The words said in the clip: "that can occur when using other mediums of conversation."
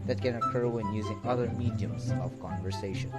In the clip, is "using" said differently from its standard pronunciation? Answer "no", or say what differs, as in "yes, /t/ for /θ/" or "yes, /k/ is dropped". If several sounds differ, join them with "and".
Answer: no